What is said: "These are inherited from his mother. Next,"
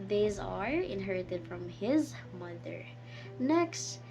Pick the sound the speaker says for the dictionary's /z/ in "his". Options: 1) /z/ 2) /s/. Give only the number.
1